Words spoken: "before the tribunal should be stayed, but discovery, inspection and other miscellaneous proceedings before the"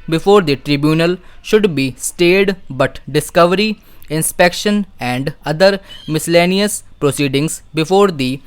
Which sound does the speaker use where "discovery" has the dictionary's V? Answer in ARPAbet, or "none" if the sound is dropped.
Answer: V